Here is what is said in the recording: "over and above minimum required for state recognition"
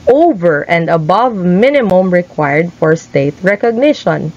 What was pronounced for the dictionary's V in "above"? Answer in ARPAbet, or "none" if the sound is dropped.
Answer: V